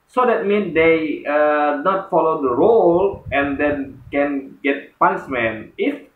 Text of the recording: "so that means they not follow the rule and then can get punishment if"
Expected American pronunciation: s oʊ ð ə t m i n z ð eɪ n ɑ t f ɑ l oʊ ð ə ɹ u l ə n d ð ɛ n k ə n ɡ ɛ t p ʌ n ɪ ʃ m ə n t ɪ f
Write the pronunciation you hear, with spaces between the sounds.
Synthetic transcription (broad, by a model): s oʊ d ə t m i n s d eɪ n ɑ t f ɑ l oʊ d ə ɹ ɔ l ə n d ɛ n k ə n ɡ ɛ t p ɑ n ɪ s m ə n ɪ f